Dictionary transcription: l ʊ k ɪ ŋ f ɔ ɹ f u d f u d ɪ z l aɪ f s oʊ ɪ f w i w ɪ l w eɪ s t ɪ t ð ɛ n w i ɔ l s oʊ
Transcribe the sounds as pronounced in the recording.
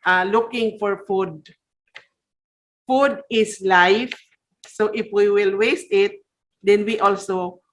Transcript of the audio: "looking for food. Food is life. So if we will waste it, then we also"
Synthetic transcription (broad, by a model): l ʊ k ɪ ŋ f ɔ ɹ f u d f u d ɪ s l aɪ f s oʊ ɪ f w i w ɪ l w eɪ s t ɪ t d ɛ n w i ɔ l s oʊ